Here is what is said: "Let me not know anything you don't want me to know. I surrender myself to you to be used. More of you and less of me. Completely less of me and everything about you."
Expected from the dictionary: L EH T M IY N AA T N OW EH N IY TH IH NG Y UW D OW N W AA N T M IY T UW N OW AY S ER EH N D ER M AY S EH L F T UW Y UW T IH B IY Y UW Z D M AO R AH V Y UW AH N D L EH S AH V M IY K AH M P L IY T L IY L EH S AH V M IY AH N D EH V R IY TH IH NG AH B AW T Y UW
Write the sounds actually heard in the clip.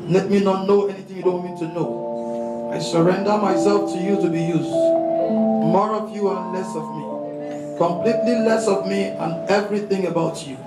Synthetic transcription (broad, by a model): L EH T M IY N AA T N OW EH N IY TH IH NG Y UW D OW N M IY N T T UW N OW AY S ER EH N D ER M AY S EH L F T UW Y UW T IH B IY Y UW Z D M AO R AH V Y UW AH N L EH S AH V M IY K AH M P L IY T L IY L EH S AH V M IY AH N EH V R IY TH IH NG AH B AW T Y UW